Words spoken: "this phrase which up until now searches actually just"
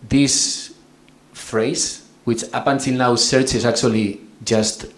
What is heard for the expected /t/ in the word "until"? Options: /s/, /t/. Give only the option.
/s/